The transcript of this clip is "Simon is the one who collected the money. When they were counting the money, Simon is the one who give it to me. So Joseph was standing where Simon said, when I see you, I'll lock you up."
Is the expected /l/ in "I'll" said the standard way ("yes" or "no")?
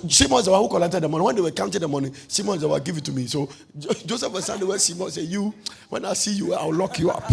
no